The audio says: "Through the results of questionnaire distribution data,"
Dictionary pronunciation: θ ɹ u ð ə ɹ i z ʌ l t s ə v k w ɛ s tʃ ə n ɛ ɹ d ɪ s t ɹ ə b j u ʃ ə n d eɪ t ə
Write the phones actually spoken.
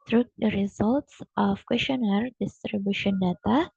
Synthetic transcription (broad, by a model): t ɹ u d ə ɹ i z ʌ l t s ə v k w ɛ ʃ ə n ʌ ɹ d ɪ s t ɹ ə b j u ʃ ə n d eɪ t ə